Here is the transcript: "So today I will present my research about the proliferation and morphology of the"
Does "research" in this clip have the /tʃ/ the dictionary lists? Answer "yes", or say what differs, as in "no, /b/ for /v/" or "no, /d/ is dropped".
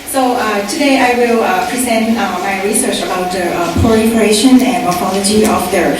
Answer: yes